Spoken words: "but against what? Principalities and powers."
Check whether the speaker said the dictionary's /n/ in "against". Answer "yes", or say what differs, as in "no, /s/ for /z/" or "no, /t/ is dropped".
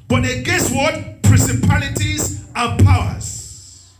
no, /n/ is dropped